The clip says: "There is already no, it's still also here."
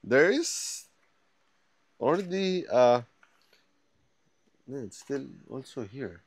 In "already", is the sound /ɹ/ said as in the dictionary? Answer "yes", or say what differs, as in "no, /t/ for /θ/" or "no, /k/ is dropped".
no, /l/ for /ɹ/